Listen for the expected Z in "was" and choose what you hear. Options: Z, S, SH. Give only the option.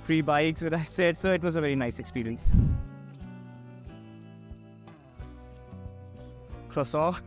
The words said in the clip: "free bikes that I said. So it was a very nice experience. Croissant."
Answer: Z